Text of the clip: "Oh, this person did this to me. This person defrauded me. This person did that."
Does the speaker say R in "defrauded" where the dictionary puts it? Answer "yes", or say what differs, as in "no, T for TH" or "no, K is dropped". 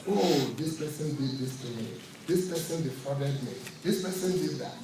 no, R is dropped